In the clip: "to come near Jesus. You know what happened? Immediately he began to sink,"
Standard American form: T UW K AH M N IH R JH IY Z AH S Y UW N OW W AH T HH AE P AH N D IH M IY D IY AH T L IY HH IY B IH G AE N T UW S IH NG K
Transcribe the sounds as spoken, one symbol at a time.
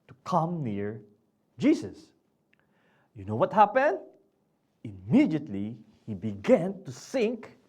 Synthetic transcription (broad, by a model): T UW K AH M N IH R JH IY S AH S Y UW N OW W AH T HH AE P AH N D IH M IY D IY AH T L IY HH IY B IH G AE N T UW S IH NG K